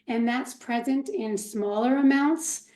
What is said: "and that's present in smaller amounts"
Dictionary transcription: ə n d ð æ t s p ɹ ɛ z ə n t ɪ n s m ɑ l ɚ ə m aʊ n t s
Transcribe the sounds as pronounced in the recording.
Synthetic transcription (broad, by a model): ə n ð æ t s p ɹ ɛ z ə n t ɪ n s m ɑ l ɚ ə m aʊ n t s